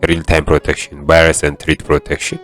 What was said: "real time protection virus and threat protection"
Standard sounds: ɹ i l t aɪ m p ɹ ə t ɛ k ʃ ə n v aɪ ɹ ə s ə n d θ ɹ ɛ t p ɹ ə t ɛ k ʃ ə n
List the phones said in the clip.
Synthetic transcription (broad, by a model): ɹ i l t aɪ m p ɹ ə t ɛ k ʃ ə n b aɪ ɹ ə s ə n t ɹ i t p ɹ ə t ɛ k ʃ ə n